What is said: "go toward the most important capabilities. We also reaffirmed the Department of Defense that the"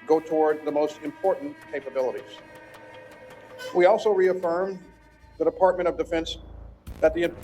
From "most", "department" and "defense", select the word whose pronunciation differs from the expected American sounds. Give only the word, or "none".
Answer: department